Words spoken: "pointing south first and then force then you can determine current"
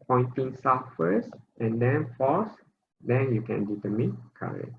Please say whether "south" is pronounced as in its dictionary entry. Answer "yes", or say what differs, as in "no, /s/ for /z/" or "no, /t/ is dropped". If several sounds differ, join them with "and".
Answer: no, /f/ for /θ/